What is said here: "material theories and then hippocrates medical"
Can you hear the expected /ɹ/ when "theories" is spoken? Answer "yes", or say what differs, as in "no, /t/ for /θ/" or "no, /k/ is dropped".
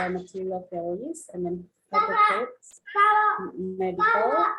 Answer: no, /l/ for /ɹ/